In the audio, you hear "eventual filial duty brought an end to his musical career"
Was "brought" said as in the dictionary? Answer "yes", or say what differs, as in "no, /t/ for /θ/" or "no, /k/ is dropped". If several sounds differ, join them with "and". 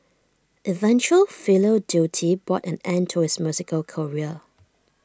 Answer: no, /ɹ/ is dropped